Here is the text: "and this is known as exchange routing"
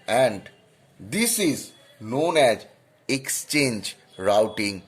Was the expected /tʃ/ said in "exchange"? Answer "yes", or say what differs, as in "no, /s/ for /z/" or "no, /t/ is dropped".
yes